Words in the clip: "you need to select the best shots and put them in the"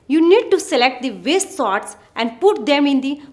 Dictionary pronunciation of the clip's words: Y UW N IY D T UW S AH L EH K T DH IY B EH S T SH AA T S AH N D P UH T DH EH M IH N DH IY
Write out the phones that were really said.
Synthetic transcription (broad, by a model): Y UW N IY D T UW S AH L EH K T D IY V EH S T S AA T S AH N D P UH T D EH M IH N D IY